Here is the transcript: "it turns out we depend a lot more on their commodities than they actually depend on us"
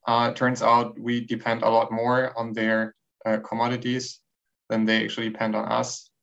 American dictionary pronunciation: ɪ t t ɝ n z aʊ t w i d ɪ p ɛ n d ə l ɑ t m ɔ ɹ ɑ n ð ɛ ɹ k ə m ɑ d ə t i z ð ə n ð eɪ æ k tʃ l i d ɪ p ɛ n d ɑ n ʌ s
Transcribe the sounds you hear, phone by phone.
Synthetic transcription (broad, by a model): t t ɝ n z aʊ t w i d ɪ p ɛ n d ə l ɑ t m ɔ ɹ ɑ n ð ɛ ɹ k ə m ɑ d ə t i z ð ə n ð eɪ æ k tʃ i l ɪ p ɛ n d n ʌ s